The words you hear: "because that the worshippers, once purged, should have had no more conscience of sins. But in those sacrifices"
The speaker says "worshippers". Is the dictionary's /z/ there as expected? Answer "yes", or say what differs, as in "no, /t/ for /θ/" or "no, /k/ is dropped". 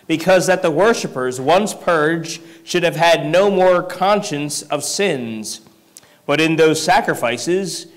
yes